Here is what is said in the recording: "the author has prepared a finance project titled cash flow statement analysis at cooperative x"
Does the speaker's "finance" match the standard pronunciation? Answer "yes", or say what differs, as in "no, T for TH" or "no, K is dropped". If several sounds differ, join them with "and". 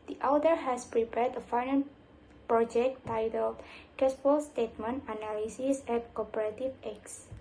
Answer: no, S is dropped